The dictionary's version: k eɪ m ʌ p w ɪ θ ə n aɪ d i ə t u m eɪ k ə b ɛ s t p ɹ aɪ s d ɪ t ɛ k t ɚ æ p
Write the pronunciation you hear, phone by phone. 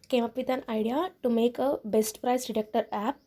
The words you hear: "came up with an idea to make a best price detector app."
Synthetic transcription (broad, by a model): k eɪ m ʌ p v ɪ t ə n aɪ d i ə t u m eɪ k ə b ɛ s t p ɹ aɪ s d ɪ t ɛ k t ɚ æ p